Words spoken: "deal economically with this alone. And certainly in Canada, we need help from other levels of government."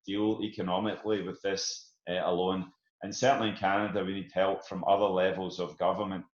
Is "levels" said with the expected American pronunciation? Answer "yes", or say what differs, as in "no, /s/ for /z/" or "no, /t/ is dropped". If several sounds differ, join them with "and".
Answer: yes